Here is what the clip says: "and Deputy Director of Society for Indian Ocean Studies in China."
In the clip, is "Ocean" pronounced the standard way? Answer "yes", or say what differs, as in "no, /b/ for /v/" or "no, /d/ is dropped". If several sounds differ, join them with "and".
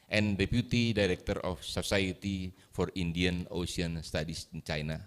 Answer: no, /s/ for /ʃ/